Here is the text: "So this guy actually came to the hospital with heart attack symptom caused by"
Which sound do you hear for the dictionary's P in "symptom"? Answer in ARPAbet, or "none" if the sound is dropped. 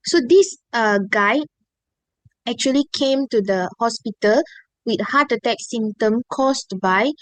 none